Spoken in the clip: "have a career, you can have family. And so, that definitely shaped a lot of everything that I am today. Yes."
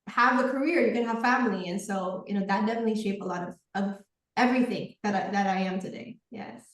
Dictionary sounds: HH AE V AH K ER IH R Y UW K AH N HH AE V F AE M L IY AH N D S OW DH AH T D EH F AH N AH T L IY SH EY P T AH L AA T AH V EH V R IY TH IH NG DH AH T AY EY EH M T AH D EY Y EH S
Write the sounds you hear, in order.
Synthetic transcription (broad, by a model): HH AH V AH K ER IH R Y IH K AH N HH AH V F AE M L IY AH N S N OW DH AH T D EH F AH N AH T L IY SH EY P AH L AA T AH V EH V R IY TH IH NG DH AH T AY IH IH M T AH D EY Y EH S